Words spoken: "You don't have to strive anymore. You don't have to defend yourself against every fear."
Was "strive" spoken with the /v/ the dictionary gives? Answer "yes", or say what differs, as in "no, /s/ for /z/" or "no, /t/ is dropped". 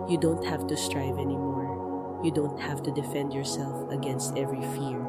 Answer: yes